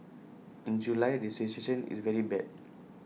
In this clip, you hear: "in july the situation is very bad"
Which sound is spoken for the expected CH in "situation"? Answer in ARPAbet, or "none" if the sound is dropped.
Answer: S